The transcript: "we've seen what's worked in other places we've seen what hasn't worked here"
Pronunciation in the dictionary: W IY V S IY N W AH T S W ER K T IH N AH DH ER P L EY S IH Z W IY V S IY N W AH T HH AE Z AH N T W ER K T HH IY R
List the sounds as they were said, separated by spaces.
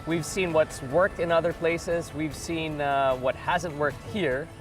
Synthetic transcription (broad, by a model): W IY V S IY N W AH T S W ER K T IH N AH DH ER P L EY S IH Z W IY V S IY N W AH T HH AE Z AH N T W ER K T HH IY R